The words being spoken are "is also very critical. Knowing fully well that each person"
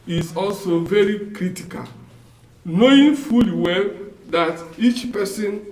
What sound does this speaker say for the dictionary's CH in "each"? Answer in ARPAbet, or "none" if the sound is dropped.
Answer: CH